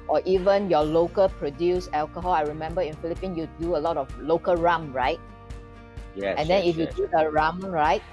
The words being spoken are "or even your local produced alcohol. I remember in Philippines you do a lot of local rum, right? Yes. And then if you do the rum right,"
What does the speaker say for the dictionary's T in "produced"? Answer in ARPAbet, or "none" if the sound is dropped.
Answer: none